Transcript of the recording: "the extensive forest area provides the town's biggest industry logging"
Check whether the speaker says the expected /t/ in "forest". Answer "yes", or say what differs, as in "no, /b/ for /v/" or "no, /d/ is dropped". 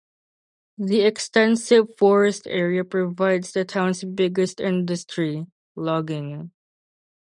yes